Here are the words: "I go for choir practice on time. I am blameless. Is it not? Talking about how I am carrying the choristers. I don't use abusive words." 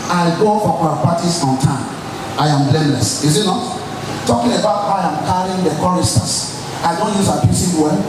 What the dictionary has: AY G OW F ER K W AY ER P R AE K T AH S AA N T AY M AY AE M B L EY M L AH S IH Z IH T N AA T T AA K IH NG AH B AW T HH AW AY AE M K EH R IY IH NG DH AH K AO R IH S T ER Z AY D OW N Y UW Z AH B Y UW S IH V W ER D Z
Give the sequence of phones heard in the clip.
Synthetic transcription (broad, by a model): AY G OW F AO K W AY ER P AA T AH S AA N T AY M AY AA M B L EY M L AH S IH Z IH T N AA T T AA K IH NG AH B AW T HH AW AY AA M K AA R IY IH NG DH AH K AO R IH S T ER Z AY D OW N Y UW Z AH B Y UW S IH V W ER